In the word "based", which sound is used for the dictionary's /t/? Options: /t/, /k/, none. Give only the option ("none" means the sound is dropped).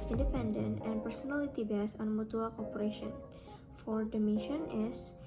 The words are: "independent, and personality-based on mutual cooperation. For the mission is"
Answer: none